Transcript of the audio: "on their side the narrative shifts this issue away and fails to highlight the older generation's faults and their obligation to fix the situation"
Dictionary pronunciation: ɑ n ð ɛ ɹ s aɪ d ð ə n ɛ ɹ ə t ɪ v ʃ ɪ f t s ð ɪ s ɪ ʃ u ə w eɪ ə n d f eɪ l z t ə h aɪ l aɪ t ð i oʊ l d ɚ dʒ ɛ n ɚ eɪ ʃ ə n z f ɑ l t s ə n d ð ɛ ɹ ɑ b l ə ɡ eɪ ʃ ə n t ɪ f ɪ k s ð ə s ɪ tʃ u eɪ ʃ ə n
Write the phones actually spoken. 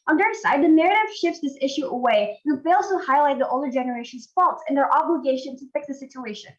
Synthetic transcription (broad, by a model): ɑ n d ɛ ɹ s aɪ d ð ə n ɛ ɹ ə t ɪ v ʃ ɪ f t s ð ɪ s ɪ ʃ u ə w eɪ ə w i f eɪ l z t ə h aɪ l aɪ t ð i oʊ l d ɚ dʒ ɛ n ɚ eɪ ʃ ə n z f ɑ l t s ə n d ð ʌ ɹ ɑ b l ə ɡ eɪ ʃ ə n t ɪ f ɪ k s ð ə s ɪ tʃ u eɪ ʃ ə n